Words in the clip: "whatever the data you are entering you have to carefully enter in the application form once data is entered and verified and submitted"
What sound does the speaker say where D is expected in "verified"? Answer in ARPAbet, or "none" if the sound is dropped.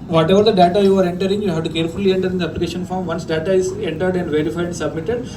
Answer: none